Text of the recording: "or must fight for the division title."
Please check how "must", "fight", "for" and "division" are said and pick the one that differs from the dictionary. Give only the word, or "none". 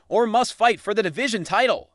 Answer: none